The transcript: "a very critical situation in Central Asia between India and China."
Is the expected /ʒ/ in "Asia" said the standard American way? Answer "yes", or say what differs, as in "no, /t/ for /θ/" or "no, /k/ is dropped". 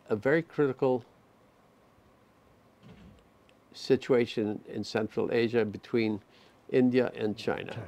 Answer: yes